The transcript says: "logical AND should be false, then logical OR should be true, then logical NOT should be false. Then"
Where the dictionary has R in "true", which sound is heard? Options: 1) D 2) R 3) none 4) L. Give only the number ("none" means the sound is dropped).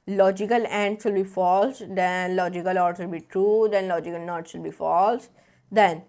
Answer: 2